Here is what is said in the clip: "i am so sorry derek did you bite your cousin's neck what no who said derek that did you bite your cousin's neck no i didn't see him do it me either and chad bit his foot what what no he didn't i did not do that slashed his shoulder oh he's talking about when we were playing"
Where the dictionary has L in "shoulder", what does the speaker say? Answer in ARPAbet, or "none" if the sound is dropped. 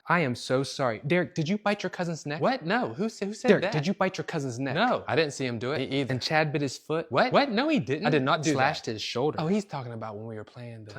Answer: L